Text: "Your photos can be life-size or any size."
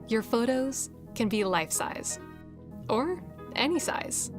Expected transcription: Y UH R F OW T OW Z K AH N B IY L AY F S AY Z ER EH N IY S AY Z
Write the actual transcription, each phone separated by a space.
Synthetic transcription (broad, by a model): Y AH R F OW T OW Z K AH N B IY L AY F S AY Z ER EH N IY S AY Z